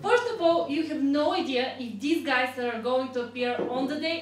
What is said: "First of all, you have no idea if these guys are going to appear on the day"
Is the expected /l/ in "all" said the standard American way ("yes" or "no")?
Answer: yes